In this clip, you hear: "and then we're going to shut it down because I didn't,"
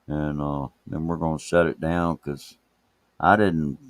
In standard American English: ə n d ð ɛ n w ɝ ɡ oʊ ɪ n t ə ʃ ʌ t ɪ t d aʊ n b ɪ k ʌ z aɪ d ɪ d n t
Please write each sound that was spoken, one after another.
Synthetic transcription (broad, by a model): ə n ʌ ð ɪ n w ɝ ɡ oʊ ɪ n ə s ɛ t ɪ t d aʊ n k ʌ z aɪ d ɪ d n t